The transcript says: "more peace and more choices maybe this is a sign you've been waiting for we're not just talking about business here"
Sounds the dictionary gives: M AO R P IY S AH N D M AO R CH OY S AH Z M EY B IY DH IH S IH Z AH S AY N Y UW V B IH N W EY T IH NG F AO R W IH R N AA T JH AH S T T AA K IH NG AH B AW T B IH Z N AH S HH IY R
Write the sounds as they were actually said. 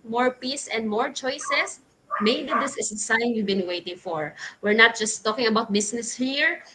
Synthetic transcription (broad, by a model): M AO R P IY S AH N D M AO R CH OY S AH S M EY B IY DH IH S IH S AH S AY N Y UW V B IH N W EY T IH NG F AO R W IH R N AA T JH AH S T T AA K IH NG AH B AW T B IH S N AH S HH IY R